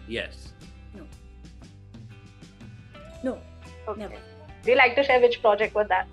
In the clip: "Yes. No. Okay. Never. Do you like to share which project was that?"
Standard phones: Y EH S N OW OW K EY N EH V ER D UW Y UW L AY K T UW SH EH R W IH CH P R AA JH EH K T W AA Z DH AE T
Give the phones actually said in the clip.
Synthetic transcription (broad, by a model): Y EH S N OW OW AO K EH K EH D UW Y UW L AY K T UW SH EH R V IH CH P R AA JH EH K T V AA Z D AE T